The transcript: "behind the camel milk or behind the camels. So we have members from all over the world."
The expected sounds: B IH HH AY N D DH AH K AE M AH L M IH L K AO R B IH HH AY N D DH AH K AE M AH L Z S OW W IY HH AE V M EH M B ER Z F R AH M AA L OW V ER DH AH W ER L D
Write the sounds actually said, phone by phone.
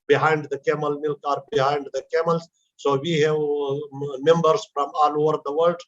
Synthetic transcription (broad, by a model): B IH HH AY N D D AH K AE M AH L M IH L K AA R B IH HH AY N D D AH K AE M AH L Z S OW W IY HH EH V M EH M B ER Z F R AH M AA L OW V ER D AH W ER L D